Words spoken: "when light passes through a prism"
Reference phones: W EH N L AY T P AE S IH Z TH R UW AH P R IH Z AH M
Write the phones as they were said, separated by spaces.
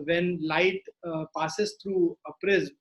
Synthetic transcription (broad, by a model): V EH N L AY T P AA S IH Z T R UW AH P R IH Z